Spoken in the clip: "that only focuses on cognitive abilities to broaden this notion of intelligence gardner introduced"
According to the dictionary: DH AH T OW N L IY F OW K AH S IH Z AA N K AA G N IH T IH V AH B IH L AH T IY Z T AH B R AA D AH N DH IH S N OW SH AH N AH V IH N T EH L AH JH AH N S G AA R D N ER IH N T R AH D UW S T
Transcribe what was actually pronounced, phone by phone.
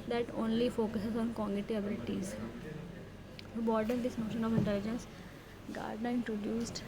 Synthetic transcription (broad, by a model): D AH T OW N L IY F OW K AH S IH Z AA N K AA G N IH T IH AH B IH L AH T IY Z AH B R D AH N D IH S N OW SH AH N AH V IH N T EH L AH JH AH N S G AA R D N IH N T R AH D UW S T